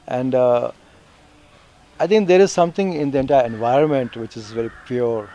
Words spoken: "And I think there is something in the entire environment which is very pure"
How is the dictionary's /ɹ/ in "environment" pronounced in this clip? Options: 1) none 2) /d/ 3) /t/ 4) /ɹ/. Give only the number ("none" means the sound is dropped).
4